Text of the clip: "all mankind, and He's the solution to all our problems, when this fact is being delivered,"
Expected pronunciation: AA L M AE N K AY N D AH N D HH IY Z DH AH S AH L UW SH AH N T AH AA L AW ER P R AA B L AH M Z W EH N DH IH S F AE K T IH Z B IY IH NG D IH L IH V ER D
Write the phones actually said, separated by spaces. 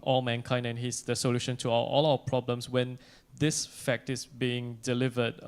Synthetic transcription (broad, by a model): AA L M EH N K AY N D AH N HH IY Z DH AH S AH L UW SH AH N T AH AA L AW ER P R AA B L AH M S W EH N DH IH S F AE K T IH S B IY IH NG D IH L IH V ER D